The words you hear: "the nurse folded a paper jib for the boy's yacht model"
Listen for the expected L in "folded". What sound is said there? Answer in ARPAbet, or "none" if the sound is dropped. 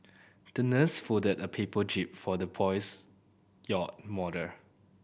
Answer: none